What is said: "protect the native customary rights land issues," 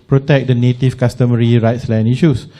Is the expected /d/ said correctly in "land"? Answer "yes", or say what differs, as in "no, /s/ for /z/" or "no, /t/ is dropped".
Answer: no, /d/ is dropped